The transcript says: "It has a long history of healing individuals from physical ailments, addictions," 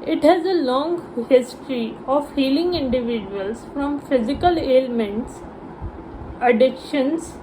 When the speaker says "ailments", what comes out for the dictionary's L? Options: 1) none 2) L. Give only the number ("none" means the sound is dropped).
2